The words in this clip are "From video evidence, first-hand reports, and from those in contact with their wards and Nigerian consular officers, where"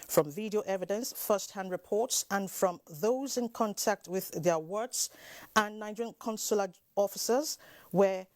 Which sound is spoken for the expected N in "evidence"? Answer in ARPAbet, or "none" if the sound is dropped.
N